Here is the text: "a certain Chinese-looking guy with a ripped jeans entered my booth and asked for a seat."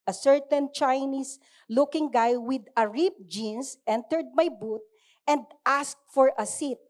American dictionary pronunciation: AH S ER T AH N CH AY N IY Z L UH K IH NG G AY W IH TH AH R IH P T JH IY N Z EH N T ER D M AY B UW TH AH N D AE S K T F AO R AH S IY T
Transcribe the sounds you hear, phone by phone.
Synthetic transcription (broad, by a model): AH S ER T AH N CH AY N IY S L UH K IH NG G AY W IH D AH R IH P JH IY N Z EH N T ER D M AY B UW T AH N D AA S K T F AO R AH S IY T